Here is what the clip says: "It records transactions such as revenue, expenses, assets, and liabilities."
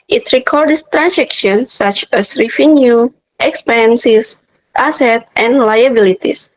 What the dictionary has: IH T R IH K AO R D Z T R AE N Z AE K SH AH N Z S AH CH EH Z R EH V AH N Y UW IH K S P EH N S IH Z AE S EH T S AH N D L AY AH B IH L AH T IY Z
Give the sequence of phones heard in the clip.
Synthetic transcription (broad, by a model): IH T R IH K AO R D S T R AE N S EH K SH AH N S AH CH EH S R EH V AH N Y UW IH K S P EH N S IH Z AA S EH T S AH N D L AY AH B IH L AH T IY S